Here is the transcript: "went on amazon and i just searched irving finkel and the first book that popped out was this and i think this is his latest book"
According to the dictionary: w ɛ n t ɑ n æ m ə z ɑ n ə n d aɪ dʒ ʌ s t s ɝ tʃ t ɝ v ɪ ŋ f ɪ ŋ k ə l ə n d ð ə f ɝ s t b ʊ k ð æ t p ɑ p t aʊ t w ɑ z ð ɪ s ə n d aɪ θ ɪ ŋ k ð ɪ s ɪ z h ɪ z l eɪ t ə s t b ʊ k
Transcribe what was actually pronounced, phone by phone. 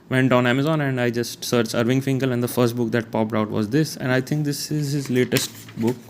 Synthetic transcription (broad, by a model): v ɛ n t ɑ n æ m ə z ɑ n ə n d aɪ dʒ ʌ s t s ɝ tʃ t ɝ v ɪ ŋ f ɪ ŋ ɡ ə l ə n d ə f ɝ s t b ʊ k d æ t p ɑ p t aʊ t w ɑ z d ɪ s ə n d aɪ t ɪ ŋ k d ɪ s ɪ z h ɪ z l eɪ t ə s t b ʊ k